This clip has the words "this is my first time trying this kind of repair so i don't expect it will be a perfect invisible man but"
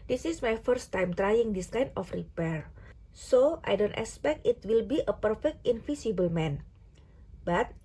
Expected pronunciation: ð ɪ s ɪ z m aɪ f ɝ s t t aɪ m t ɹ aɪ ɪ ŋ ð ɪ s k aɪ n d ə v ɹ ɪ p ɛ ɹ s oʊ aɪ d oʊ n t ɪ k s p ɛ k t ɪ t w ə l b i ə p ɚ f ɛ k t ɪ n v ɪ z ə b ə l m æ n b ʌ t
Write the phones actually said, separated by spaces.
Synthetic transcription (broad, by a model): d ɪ s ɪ s m aɪ f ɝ s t t aɪ m t ɹ aɪ ɪ ŋ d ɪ s k aɪ n ə f ɹ ɪ p ɛ ɹ s oʊ aɪ d oʊ n t ɪ k s p ɛ k t ɪ t w ə l b i ə p ɚ f ɛ k t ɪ n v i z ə b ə l m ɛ n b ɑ t